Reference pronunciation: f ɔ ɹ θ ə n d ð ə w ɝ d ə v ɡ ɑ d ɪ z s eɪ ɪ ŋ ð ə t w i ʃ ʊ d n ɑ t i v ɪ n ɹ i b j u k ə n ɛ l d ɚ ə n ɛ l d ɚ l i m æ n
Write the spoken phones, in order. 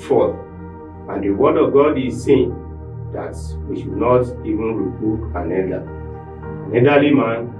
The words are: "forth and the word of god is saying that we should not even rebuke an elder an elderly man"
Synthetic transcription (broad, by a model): f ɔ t ə n d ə w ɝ d ə v ɡ ɑ d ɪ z s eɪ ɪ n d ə t w i ʃ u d n ɑ t i v ɪ n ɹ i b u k ə n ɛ d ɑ ə n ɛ d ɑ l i m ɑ n